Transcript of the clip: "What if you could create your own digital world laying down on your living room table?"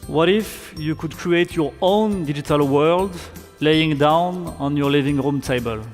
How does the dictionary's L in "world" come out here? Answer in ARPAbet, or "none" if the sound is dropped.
L